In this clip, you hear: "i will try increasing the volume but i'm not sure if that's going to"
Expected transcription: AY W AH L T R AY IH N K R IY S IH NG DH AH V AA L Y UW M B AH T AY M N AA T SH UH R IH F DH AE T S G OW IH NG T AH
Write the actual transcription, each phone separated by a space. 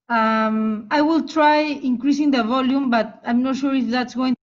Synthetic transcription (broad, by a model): AY W AH L T R AY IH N K R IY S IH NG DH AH V AA L Y UW M B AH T AY M N AA T SH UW R IH F DH AE T S G OW IH NG